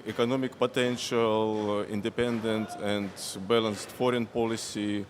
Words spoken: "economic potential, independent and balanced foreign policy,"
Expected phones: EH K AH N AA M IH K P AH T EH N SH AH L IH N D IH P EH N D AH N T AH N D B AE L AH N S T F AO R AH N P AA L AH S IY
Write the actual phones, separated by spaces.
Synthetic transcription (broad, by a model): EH K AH N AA M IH K P AH T EH N SH AH L IH N D IH P EH N D AH N T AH N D B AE L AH N S T F AO R AH N P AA L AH S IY